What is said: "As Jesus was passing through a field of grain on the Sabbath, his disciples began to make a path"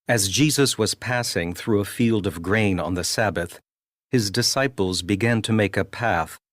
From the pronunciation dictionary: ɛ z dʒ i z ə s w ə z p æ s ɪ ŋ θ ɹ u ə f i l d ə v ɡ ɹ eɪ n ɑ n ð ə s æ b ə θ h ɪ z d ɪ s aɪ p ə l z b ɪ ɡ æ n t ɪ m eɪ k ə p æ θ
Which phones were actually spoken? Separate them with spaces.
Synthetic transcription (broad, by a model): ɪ z dʒ i z ə s w ə z p æ s ɪ ŋ θ ɹ u ə f i l d ə v ɡ ɹ eɪ n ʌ n ð ə s æ b ə θ h ɪ z d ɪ s aɪ p l z b ɪ ɡ æ n t ɪ m eɪ k ə p æ θ